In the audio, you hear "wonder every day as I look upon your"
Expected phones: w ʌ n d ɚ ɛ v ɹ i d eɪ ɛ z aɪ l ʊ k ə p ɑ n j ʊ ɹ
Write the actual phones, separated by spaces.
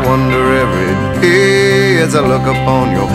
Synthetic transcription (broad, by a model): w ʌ n d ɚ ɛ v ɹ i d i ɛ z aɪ l ʊ k ə p ɑ n j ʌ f